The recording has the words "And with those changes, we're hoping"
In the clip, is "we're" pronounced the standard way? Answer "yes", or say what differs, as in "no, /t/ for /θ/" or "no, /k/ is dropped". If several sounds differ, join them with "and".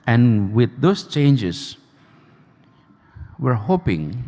yes